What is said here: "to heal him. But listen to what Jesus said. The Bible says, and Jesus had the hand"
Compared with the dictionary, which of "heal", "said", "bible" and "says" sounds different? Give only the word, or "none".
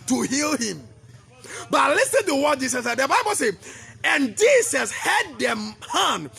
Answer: says